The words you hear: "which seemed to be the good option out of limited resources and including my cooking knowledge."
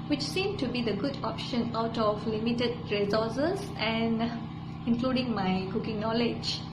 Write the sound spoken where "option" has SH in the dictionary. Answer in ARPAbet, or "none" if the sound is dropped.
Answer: SH